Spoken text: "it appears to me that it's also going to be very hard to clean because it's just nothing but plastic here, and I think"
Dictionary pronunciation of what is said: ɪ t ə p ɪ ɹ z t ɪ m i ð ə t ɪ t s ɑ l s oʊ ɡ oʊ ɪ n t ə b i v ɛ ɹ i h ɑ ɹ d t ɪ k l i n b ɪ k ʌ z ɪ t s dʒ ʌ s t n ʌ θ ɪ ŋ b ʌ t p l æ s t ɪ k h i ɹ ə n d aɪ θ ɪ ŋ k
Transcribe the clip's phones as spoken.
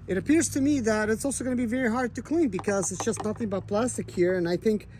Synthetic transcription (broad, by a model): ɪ t ə p ɪ ɹ z t ɪ m i ð ə t ɪ t s ɑ l s oʊ ɡ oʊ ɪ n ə b i v ɛ ɹ i h ɑ ɹ d t ɪ k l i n b ɪ k ʌ z ɪ t s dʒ ʌ s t n ʌ θ ɪ ŋ b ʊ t p l æ s t ɪ k h i ɹ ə n aɪ θ ɪ ŋ k